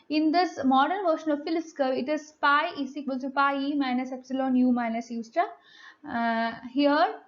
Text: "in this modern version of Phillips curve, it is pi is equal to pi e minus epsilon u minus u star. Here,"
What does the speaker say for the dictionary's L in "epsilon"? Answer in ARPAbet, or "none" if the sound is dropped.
L